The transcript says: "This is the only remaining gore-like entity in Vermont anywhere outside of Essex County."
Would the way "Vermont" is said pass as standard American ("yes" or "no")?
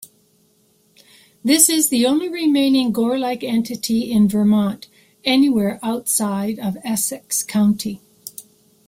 yes